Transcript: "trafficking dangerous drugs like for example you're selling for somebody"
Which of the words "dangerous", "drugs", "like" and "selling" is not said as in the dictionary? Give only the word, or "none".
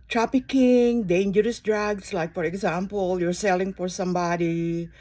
drugs